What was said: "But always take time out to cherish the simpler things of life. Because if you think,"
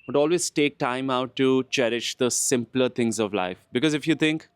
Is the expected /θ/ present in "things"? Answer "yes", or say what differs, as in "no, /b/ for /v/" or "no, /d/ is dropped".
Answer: no, /t/ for /θ/